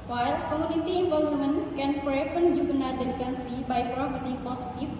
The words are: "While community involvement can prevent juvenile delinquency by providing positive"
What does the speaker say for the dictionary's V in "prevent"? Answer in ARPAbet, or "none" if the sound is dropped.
F